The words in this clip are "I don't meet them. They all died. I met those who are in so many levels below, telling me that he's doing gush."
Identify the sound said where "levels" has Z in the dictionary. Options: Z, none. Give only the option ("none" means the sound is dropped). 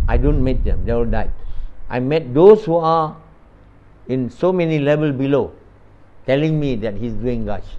none